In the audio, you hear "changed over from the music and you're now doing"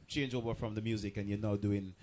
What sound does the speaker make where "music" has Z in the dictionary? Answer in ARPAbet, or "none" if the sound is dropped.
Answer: Z